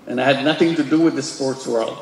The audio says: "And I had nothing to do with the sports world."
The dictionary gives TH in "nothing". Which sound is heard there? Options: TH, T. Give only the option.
TH